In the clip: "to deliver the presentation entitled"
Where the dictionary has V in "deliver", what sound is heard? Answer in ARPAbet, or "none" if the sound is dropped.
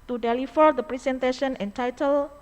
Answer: F